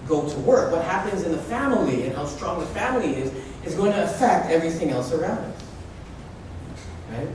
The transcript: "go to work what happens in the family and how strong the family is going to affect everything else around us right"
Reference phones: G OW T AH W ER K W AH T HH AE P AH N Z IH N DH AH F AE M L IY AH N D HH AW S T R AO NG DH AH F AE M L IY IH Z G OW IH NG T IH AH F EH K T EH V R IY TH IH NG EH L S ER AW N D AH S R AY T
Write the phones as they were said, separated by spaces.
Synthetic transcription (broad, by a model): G OW T AH W ER K W AH T HH AE P AH N Z IH N DH AH F AE M L IY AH N HH AW S T R AO NG DH AH F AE M L IY IH Z G OW IH NG T IH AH F EH K T EH V R IY TH IH NG EH L S ER AW N D AH S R AY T